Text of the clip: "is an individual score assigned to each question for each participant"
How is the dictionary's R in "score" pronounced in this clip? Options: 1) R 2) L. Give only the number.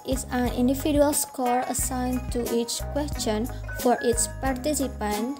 1